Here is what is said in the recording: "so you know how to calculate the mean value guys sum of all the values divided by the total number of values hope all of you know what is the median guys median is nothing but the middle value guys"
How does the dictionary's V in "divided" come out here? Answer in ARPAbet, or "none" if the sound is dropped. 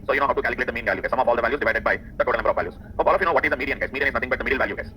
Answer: V